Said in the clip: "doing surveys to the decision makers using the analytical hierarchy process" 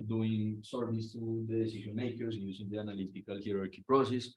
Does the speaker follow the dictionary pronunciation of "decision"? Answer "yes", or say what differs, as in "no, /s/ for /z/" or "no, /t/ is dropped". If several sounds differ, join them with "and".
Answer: no, /ʃ/ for /ʒ/